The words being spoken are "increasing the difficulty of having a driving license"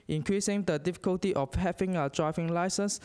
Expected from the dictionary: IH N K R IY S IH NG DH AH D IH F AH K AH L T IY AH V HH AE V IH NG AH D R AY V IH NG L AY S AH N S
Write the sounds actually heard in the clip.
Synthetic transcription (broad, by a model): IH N K R IY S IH NG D AH D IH F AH K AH L T IY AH F HH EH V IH NG AH D R AY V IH NG L AY S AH N S